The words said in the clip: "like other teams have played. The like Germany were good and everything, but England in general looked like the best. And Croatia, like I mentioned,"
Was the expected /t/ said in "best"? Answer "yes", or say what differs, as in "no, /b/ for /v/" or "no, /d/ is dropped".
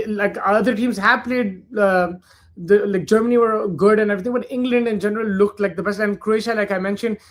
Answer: no, /t/ is dropped